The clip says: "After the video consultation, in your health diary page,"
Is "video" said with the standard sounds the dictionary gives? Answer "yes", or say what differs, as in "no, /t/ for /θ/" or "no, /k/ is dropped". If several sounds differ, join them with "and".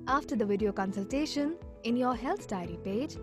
yes